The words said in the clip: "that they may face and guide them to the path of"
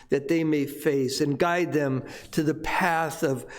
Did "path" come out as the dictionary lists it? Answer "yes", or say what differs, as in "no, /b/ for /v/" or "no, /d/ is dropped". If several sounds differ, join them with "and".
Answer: yes